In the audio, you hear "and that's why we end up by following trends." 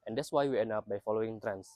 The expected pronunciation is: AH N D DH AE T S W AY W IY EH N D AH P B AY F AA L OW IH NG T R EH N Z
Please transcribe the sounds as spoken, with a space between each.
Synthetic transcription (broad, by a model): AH N D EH T S W AY W IY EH N AH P B AY F AA L OW IH NG T R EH N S